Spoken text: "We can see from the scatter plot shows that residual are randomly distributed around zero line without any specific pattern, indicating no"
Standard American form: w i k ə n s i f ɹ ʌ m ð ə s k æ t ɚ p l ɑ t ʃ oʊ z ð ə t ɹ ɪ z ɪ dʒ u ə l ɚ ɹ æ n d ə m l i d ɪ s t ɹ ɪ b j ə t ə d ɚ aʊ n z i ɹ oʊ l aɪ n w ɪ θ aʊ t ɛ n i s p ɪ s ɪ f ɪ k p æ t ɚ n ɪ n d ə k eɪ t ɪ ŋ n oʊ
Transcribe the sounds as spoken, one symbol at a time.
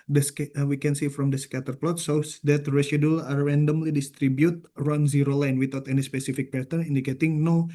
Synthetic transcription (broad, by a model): w i k ə n s i f ɹ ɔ m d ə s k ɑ t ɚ p l ɑ t s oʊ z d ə t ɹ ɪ s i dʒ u l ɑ ɹ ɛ n d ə m l i d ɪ s t ɹ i b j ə t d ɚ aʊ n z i ɹ oʊ l aɪ n w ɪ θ aʊ t ɛ n i s p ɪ s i f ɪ k p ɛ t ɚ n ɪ n d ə k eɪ t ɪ ŋ n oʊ